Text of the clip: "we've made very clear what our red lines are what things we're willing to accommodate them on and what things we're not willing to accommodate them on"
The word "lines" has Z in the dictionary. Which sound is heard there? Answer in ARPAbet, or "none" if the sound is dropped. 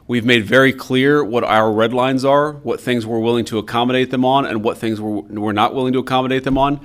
Z